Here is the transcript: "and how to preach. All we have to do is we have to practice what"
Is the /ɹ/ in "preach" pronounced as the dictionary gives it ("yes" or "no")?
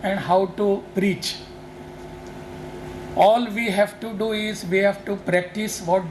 yes